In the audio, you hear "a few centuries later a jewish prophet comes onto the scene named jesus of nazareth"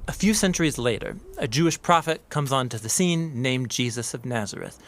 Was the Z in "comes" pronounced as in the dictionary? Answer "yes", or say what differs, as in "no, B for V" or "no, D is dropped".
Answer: yes